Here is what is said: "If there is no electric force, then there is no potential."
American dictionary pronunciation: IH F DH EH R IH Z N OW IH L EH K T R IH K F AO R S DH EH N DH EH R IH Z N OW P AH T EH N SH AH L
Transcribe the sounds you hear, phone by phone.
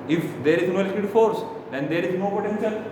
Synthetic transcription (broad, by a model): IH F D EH R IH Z N OW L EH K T IH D F AO R S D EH N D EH R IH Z N OW P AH T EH N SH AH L